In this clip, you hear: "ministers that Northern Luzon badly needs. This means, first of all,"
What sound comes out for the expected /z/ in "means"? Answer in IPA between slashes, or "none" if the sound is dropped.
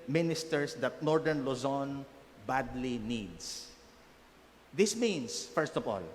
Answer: /s/